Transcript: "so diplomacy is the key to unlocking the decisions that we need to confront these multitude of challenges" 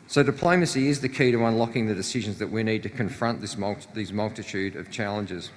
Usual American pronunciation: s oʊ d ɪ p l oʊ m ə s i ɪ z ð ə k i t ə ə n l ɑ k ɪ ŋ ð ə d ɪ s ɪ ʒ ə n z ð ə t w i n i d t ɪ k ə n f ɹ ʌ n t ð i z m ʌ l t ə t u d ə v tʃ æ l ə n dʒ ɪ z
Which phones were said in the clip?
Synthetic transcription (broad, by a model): s oʊ d ɪ p l oʊ m ə s i ɪ z ð ə k i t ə ə n l ɑ k ɪ ŋ ð ə d ɪ s ɪ ʒ ə n z ð ə t w i n i d t ɪ k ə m f ɹ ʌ n t ð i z m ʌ l t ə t u d ə v tʃ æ l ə n dʒ ɪ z